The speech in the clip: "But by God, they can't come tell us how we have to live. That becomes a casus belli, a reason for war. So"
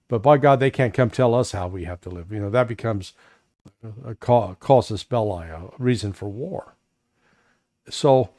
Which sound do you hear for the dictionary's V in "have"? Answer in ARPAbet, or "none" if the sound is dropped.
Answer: F